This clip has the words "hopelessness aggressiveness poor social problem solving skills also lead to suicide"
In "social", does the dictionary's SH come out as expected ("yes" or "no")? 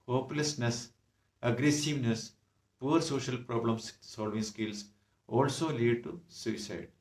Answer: yes